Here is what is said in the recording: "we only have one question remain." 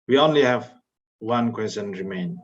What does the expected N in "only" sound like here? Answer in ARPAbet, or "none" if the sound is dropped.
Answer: N